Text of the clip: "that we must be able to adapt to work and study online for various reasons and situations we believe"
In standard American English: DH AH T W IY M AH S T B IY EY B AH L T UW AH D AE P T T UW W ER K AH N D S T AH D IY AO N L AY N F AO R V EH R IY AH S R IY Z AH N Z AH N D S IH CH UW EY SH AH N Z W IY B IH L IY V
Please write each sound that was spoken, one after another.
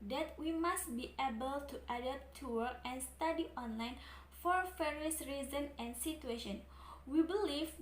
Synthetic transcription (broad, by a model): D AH T W IY M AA S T B IY EY B AH L T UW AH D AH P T T UW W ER AH N S T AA D IY AO N L AY N F AO R F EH R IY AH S R IY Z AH N AH N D S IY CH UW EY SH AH N W IY B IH L IY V